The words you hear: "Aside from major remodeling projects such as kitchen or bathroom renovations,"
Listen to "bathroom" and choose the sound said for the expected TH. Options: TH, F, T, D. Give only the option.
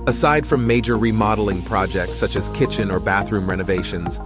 TH